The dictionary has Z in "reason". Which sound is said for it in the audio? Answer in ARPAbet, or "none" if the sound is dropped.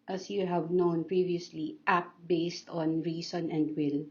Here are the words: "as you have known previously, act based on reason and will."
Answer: S